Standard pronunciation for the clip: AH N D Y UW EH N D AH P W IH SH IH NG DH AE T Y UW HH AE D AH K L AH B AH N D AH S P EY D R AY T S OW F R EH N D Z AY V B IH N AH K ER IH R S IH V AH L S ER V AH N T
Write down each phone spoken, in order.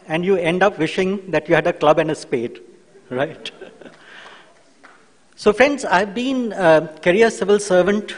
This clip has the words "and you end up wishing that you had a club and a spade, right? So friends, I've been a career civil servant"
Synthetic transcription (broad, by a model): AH N D Y UW EH N D AH P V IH SH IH NG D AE T Y UW HH AE D AH K L AH B AH N D AH S P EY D R AY T S OW F R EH N D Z AY V B IH N AH K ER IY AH S IH V AH L S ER V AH N T